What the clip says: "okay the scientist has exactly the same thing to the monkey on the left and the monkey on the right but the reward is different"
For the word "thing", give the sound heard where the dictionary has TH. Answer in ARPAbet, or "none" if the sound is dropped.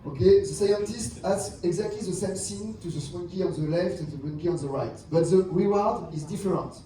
S